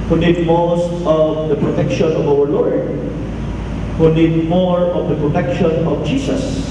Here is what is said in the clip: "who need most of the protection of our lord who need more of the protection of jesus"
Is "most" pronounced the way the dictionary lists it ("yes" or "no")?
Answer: yes